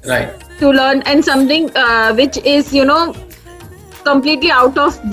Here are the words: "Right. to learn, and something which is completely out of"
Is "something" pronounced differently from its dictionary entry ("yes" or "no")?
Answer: yes